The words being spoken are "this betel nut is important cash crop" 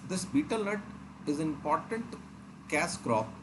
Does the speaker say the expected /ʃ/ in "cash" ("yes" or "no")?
no